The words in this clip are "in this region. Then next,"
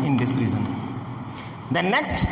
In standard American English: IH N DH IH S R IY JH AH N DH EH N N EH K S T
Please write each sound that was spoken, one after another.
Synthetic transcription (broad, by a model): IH N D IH S R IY Z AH N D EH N N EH K S T